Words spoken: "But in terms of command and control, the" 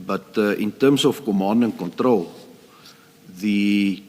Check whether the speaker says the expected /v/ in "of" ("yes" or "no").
no